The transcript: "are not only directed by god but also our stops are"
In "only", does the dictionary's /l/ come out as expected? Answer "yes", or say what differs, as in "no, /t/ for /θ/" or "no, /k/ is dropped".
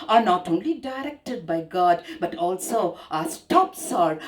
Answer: yes